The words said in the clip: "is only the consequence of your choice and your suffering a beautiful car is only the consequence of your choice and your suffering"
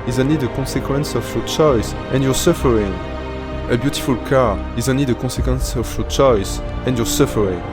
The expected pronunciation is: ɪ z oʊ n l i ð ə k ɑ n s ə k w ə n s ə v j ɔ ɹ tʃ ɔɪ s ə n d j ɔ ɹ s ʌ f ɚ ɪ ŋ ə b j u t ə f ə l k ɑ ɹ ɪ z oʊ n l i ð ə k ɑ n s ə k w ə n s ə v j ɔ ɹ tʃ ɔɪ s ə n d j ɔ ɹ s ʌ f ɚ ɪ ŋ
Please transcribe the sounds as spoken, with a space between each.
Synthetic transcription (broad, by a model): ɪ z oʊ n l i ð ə k ɑ n s ə k w ə n s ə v j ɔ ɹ tʃ ɔɪ s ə n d j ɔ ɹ s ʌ f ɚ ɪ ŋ ə b j u t ə f ə l k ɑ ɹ ɪ z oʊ n l i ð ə k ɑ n s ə k w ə n s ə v j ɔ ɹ tʃ ɔɪ s ə n d j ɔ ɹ s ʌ f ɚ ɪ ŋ